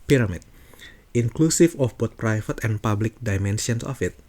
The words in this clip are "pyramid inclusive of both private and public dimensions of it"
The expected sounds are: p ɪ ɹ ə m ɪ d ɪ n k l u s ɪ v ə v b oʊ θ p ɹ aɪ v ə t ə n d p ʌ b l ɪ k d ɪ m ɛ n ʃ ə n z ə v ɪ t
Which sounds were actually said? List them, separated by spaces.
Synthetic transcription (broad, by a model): p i ɹ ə m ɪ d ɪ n k l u s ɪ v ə f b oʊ t p ɹ aɪ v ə t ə n p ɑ b l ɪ k d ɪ m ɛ n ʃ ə n s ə f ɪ t